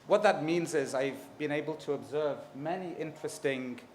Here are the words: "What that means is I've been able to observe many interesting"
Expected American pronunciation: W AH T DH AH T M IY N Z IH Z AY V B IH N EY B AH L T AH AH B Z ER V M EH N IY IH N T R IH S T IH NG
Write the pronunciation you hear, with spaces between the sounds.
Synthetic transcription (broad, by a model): W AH T DH AH T M IY N Z IH Z AY V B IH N EY B AH L T AH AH B Z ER V M EH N IY IH N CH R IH S T IH NG